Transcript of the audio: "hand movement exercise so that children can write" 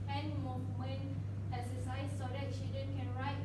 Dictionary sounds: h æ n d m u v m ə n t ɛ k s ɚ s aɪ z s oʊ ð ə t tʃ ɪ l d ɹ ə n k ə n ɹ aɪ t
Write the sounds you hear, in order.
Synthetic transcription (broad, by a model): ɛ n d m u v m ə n ɛ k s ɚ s aɪ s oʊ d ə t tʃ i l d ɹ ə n k ə n ɹ aɪ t